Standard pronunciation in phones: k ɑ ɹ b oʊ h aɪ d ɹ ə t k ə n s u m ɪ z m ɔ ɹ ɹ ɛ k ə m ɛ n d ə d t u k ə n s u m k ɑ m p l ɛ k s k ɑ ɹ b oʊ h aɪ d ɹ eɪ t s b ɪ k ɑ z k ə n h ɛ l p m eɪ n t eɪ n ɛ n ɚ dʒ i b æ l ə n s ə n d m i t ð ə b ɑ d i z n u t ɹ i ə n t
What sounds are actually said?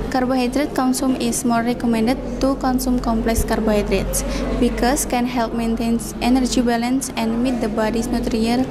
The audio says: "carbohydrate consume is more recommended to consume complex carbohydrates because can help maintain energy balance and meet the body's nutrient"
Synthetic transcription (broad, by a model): k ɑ ɹ b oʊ h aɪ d ɹ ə t k ə n s u m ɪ s m ɔ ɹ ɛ k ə m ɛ n d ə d t u k ə n s u m k ɑ m p l ɛ k s k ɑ ɹ b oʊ h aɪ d ɹ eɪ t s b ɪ k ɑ s k ə n h ɛ l p m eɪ n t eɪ n ɛ n ɚ dʒ i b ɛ l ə n s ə n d m i t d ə b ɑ d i s n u t ɹ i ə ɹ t